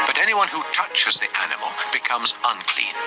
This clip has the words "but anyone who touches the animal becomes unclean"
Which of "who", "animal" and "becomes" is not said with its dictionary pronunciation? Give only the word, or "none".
none